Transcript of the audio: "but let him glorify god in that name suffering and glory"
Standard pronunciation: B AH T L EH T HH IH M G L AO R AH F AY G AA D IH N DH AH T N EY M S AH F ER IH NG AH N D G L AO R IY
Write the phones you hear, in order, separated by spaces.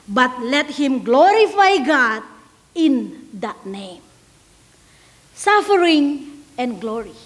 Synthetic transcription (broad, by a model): B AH T L EH T HH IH M G L AO R AH F AY G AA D IH N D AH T N EY M S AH F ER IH NG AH N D G L AO R IY